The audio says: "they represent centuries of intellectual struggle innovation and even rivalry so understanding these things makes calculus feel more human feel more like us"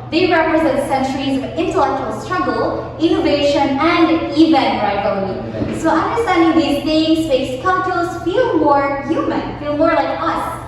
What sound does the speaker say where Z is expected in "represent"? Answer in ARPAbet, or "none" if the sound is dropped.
Z